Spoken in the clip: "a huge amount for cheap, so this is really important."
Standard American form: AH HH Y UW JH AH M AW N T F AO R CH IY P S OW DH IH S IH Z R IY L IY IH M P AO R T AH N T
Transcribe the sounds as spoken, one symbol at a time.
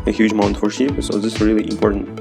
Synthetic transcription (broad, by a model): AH HH Y UW JH AH M AW N T F AO R SH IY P S OW DH IH S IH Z R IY L IY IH M P AO R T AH N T